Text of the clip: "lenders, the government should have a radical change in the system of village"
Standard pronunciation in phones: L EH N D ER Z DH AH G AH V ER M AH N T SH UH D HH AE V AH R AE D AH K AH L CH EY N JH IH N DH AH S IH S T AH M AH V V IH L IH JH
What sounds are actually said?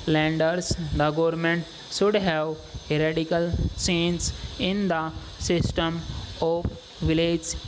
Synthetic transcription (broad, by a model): L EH N D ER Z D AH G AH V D M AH N T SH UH D HH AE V AH R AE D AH K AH L S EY N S IH N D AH S IH S T AH M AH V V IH L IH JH